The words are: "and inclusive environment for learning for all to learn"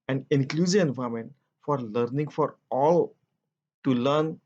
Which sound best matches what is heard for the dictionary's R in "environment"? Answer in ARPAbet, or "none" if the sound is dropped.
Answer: none